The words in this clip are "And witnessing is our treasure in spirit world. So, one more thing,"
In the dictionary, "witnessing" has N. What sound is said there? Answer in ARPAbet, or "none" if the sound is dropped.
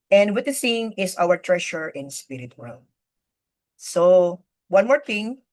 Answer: none